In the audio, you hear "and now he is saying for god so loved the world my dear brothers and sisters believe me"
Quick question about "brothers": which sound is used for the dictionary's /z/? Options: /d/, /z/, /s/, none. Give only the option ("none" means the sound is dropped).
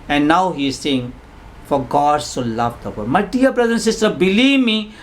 none